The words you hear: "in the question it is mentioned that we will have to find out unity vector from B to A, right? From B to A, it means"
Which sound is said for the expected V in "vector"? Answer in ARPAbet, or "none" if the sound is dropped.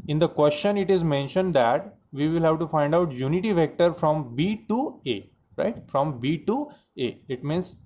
V